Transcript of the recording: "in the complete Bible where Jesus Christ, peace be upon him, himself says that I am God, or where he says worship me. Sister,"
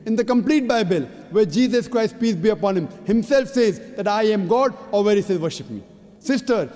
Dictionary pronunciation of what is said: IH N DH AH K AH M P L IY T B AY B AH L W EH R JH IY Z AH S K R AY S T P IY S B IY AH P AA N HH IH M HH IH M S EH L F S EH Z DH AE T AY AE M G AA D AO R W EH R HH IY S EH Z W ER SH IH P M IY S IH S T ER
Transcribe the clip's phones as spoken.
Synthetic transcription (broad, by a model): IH N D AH K AH M P L IY T B AY B AH L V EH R JH IY Z AH S K R AY S T P IY S B IY AH P AA N HH IH M HH IH M S EH L F S EH Z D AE T AY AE M G AA D AO R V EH R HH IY S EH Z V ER SH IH P M IY S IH S T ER